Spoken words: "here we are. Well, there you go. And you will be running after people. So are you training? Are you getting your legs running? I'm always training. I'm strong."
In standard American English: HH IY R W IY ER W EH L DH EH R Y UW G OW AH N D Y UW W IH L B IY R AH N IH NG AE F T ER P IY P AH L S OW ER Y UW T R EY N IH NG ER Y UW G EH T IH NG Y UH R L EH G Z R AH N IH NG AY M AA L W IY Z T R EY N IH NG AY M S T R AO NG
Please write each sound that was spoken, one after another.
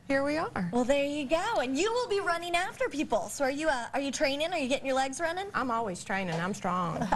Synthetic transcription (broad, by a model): HH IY R W IY ER W EH L DH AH R Y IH G OW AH N Y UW W IH L B IY R AH N IH NG AE F T ER P IY P L S OW ER Y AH T R EY N IH NG ER Y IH G EH T IH NG Y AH R L EH G Z R AH N IH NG AY M AA L W IY Z T R EY N IH NG AY M S T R AO NG